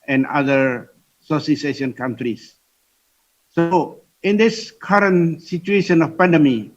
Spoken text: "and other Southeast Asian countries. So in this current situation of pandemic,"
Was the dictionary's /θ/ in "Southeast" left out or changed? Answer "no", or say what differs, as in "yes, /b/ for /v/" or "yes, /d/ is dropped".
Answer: yes, /s/ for /θ/